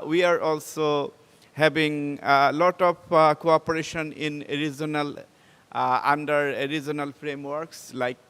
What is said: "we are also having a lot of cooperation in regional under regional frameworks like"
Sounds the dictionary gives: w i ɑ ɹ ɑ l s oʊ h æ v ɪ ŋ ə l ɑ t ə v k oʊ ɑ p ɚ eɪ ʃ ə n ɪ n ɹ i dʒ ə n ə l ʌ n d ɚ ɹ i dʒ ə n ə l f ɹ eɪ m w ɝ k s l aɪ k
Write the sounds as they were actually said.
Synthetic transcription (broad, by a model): w i ɑ ɹ ɑ l s oʊ h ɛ b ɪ ŋ l ɑ t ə p k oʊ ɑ p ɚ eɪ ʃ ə n ɪ n ɹ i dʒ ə n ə l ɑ n d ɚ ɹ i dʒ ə n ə l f ɹ eɪ m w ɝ k s l aɪ k